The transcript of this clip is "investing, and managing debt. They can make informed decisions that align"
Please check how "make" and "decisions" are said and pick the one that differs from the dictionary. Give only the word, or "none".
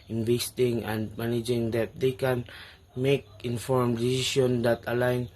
decisions